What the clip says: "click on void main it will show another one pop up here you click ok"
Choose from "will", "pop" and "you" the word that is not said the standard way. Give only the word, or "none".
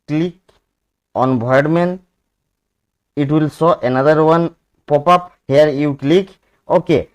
none